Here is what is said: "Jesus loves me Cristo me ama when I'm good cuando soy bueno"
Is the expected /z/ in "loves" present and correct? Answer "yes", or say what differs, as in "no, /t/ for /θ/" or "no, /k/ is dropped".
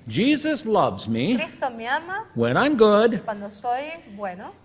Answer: yes